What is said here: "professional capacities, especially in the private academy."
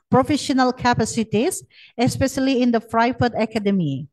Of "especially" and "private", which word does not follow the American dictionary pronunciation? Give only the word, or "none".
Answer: private